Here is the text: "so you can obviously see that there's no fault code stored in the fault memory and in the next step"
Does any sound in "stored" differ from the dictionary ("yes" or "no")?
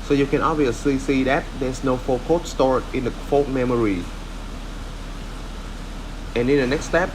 yes